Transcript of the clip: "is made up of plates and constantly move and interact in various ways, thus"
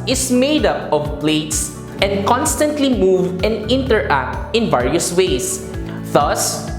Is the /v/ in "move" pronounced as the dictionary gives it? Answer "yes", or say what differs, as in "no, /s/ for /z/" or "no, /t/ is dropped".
yes